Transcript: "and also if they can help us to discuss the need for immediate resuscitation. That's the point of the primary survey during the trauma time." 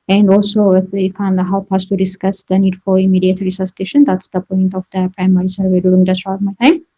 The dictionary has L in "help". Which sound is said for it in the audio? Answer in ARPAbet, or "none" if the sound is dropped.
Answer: W